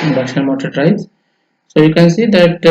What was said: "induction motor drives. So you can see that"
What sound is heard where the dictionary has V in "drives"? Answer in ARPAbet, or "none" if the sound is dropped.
none